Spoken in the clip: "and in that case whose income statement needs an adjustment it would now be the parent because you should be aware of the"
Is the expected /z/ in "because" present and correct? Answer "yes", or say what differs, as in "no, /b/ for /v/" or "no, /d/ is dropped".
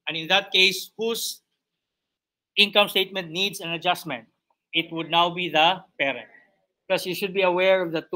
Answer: no, /s/ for /z/